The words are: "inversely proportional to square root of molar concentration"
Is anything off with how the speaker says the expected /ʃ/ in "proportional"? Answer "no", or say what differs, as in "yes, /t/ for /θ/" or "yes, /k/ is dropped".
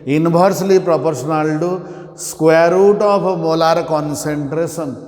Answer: yes, /s/ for /ʃ/